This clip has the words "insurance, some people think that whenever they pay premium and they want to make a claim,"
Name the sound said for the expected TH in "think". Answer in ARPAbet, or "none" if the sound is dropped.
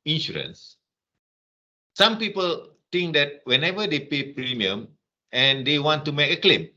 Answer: T